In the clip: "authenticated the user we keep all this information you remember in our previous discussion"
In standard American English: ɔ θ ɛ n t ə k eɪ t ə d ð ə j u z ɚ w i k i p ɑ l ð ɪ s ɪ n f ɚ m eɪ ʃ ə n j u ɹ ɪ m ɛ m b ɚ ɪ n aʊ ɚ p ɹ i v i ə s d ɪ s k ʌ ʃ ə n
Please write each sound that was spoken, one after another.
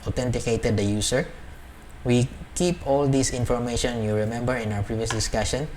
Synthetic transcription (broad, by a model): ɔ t ɛ n t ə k eɪ t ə d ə j u s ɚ w i k i p ɑ l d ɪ s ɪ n f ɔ m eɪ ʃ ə n j u ɹ ɪ m ɛ m b ɚ ɪ n aʊ ɚ p ɹ i v i ə s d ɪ s k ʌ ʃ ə n